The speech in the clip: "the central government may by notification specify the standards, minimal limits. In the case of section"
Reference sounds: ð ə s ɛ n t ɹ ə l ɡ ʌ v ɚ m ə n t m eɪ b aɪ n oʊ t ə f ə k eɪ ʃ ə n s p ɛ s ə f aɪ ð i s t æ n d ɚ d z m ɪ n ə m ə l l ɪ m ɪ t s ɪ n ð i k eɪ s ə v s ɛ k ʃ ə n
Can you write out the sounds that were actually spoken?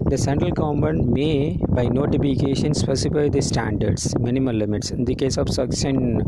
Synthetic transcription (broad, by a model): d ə s ɛ n t ɹ ə l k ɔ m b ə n m eɪ b aɪ n oʊ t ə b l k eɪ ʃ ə n s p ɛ s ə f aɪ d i s t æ n d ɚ d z m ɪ n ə m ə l l ɪ m ɪ t s ɪ n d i k eɪ s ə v s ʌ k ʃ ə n